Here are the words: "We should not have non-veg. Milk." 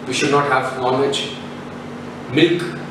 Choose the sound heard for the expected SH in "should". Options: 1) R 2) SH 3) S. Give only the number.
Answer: 2